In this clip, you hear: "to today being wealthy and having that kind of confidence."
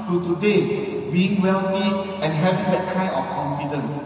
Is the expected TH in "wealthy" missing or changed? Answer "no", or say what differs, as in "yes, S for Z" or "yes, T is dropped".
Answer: yes, T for TH